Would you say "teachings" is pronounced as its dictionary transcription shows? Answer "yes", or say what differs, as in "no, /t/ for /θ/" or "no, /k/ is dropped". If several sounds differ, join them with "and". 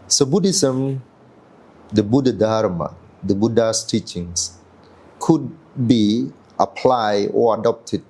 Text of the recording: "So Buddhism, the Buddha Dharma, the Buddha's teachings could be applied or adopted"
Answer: no, /s/ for /z/